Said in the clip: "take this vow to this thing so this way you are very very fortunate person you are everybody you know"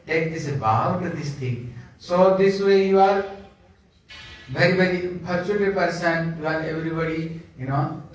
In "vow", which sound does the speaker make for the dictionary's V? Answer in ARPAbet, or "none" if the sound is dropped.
B